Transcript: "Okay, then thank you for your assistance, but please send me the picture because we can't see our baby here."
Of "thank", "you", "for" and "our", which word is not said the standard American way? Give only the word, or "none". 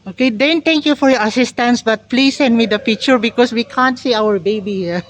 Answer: thank